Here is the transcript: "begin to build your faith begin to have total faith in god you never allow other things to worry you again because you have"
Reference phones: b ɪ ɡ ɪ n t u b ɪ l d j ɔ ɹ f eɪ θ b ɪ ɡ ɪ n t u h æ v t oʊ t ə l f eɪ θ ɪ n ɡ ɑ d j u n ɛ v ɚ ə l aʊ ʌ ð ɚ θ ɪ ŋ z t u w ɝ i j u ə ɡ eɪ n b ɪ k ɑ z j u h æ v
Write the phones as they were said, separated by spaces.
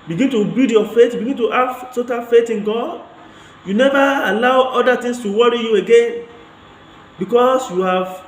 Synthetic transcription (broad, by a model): b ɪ ɡ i n t u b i d j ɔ f eɪ t b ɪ ɡ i n t u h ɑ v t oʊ t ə n f eɪ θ ɪ n ɡ ɑ d j u n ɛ v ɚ ə l aʊ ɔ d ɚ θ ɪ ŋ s t u w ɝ i j u ə ɡ eɪ n b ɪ k ɑ s j u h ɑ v